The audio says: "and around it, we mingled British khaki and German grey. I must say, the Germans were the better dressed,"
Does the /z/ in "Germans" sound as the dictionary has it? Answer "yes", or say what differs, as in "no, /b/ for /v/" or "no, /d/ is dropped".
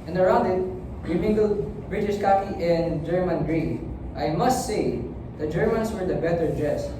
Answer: no, /s/ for /z/